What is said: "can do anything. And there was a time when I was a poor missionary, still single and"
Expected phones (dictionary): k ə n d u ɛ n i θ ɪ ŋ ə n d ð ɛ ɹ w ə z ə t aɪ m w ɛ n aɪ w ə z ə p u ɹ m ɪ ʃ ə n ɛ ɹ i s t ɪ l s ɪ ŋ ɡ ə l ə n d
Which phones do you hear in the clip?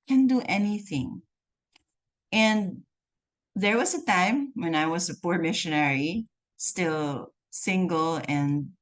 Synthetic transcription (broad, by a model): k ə n d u ɛ n i θ ɪ ŋ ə n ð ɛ ɹ w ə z ə t aɪ m w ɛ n aɪ w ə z ə p u ɹ m ɪ ʃ ə n ɛ ɹ i s t ɪ l s ɪ ŋ ɡ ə l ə n